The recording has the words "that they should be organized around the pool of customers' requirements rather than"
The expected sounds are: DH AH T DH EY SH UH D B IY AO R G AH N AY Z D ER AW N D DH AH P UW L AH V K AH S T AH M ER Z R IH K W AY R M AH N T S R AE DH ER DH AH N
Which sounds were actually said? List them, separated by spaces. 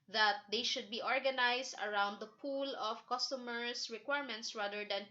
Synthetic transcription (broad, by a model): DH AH T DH EY SH UH D B IY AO R G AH N AY S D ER AW N D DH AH P UW L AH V K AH S T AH M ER S R IH K W AY R M AH N T S R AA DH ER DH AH N